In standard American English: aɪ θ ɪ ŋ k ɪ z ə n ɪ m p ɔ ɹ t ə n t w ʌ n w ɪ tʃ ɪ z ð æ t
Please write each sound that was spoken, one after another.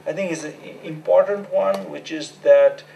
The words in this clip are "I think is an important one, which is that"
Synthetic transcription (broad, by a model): aɪ t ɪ ŋ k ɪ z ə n ɪ m p ɔ ɹ t ə n t w ʌ n w ɪ tʃ ɪ z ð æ t